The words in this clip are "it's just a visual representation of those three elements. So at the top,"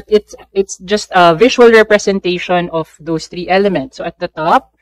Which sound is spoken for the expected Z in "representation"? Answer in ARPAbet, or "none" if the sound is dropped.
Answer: S